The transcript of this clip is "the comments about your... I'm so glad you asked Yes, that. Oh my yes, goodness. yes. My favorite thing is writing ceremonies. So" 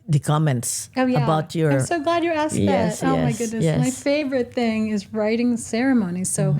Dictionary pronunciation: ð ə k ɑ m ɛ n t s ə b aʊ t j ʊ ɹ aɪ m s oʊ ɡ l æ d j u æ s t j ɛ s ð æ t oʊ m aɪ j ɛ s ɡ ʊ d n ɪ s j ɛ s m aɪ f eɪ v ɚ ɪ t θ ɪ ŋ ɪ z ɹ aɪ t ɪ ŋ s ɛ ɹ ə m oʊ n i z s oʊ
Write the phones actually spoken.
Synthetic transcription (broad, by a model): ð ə k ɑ m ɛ n t s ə b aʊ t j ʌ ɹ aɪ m s oʊ ɡ l æ d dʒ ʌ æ s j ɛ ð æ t oʊ m aɪ ɡ ʊ d n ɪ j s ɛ m aɪ f eɪ v ɚ ɪ t θ ɪ ŋ ɪ z ɹ aɪ t ɪ ŋ s ɛ ɹ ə m oʊ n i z s oʊ